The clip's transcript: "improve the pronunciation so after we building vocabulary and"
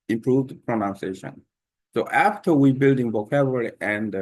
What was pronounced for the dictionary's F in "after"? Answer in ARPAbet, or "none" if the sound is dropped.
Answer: F